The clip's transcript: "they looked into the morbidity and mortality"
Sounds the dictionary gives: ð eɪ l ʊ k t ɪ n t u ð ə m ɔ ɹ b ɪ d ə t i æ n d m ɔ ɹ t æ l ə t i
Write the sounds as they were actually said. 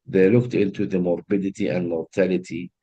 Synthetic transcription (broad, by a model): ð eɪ l ʊ k t ɪ n t u ð ə m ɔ ɹ b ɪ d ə t i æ n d m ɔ ɹ t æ l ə t i